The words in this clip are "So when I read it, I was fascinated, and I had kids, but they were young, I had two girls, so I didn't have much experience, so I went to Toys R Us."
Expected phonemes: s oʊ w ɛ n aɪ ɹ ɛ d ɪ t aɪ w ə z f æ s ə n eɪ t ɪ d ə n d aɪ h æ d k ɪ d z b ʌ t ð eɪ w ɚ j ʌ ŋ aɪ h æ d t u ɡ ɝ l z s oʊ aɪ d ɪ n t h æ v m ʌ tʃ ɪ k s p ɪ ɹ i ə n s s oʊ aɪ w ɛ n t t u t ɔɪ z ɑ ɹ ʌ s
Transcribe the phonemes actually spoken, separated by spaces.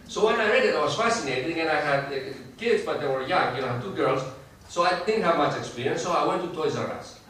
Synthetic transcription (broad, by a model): s oʊ w ɛ n aɪ ɹ ɛ d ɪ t aɪ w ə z f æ s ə n eɪ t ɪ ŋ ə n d aɪ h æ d k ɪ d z b ʌ t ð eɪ w ɚ j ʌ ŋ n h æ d t u ɡ ɝ l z s oʊ aɪ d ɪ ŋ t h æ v m ʌ tʃ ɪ k s p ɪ ɹ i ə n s s oʊ aɪ w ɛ n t t u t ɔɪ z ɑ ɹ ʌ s